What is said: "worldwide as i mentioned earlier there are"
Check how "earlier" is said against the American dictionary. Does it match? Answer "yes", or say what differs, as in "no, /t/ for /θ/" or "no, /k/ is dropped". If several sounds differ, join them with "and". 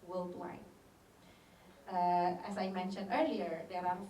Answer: yes